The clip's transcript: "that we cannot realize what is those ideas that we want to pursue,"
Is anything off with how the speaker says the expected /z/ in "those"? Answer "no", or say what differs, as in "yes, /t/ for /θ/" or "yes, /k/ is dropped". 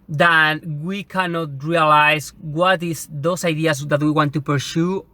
yes, /s/ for /z/